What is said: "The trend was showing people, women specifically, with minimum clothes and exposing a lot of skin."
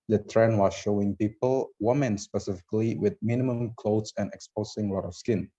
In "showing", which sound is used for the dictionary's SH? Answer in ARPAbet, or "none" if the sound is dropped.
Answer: SH